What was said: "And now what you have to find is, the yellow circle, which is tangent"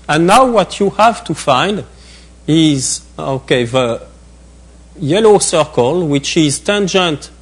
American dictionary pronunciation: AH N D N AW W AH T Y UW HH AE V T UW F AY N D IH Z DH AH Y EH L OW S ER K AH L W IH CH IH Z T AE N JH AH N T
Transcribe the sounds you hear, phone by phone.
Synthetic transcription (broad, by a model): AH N N AW W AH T Y UW HH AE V T UW F AY N D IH Z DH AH Y EH L OW S ER K AH L W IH CH IH Z T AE N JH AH N T